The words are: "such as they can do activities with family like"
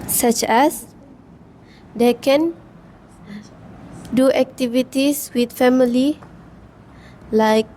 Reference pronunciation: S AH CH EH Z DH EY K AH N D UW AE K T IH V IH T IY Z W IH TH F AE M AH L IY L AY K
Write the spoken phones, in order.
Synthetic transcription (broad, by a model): S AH CH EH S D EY K AH N D UW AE K T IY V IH T IY S W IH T F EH M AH L IY L AY K